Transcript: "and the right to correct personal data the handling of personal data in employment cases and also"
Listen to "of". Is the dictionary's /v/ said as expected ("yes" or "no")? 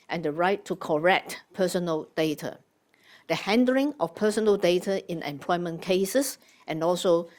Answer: no